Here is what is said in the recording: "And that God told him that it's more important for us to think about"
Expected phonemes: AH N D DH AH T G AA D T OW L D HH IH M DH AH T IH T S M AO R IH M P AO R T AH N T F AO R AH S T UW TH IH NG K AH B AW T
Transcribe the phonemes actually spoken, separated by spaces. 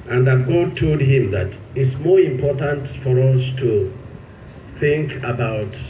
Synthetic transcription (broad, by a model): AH N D DH AH T G AA D T OW L D HH IH M DH AH T IH T S M AO R IH M P AO R T AH N T F AO R AH S T UW TH IH NG K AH B AW T